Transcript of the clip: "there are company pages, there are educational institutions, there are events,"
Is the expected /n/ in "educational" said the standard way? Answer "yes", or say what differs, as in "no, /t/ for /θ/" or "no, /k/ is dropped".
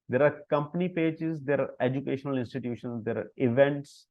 yes